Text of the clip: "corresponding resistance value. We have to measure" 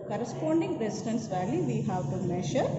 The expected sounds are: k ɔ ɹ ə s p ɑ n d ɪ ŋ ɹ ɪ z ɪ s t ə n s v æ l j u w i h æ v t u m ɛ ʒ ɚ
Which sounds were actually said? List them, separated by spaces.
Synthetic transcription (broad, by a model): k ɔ ɹ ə s p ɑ n d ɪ ŋ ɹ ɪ s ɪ t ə n s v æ l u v i h æ v t u m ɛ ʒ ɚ